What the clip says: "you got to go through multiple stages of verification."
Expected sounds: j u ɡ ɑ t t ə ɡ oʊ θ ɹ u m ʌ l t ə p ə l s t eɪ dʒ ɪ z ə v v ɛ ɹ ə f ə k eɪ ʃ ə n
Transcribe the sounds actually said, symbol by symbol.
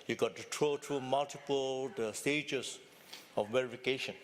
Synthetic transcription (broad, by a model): j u ɡ ɑ t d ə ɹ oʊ t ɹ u m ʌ l t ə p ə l s t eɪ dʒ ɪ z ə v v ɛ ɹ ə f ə k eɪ ʃ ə n